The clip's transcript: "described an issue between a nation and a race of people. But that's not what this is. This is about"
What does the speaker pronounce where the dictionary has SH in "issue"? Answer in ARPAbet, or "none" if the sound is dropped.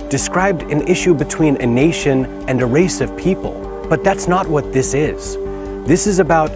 SH